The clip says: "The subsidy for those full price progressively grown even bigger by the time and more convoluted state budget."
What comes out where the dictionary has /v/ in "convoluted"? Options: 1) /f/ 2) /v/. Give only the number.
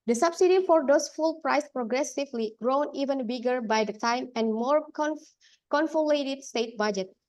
1